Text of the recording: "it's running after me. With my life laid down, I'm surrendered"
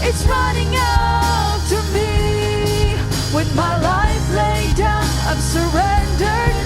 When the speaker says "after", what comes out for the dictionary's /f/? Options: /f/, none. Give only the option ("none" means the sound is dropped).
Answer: none